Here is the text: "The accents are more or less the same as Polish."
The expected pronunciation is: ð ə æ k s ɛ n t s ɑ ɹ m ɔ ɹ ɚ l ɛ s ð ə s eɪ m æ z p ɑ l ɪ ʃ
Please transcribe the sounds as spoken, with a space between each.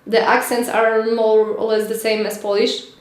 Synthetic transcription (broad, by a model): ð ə æ k s ɛ n t s ɑ ɹ m ɔ ɹ l ɛ s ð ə s eɪ m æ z p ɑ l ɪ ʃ